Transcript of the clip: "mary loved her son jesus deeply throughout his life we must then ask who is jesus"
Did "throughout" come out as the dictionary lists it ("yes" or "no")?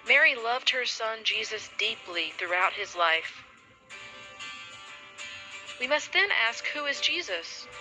yes